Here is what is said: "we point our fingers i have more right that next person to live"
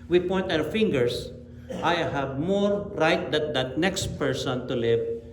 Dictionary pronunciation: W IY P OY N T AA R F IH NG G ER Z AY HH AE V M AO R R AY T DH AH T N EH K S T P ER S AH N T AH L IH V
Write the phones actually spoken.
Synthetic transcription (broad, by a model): W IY P OY N T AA W F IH NG G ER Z AY HH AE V M AO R R AY T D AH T N EH K S T P ER S AH N T AH L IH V